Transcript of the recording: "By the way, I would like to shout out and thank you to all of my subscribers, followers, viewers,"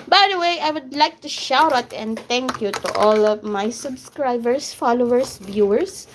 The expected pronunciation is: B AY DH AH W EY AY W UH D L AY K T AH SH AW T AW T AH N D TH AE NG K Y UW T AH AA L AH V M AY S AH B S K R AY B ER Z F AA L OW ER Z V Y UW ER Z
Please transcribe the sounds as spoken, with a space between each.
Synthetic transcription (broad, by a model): B AY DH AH W EY AY W UH D L AY K T AH SH AW T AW T AH N D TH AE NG K Y UW T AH AA L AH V M AY S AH B S K R AY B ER S F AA L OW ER S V Y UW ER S